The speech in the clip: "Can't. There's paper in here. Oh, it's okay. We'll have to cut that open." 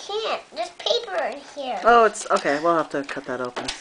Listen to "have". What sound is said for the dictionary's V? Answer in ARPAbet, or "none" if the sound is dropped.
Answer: F